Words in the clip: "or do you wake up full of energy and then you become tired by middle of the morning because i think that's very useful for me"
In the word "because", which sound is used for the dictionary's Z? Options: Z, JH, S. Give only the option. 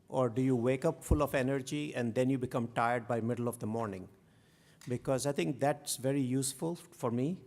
Z